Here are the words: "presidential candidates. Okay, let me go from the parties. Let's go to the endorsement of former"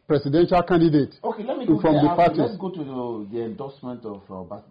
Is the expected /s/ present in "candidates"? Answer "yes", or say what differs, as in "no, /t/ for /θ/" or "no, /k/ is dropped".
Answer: no, /s/ is dropped